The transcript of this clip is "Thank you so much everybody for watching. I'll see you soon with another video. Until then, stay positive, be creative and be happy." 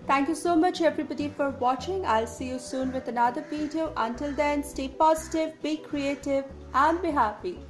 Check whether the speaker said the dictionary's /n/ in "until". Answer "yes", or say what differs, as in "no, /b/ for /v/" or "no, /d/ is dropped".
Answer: yes